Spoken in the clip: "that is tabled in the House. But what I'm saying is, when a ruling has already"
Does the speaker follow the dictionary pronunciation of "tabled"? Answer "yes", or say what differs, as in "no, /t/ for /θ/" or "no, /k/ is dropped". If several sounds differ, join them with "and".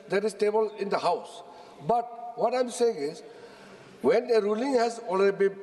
no, /d/ is dropped